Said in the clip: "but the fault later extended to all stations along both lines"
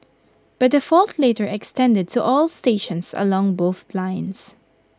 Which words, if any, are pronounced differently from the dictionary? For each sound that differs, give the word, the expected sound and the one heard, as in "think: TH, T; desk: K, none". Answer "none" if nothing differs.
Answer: stations: Z, S; lines: Z, S